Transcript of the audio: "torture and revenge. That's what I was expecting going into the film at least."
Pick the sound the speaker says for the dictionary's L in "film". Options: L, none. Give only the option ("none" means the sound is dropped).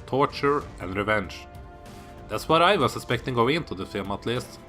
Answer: none